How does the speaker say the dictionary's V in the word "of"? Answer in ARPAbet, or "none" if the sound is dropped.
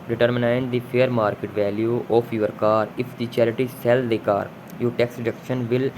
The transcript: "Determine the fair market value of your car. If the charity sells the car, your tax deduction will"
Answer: P